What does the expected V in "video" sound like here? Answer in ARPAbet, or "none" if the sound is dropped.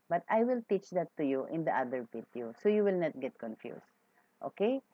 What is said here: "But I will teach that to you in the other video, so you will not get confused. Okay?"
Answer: P